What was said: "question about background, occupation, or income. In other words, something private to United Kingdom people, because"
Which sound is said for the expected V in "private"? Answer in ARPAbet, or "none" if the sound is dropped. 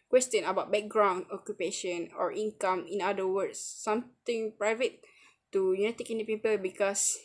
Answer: V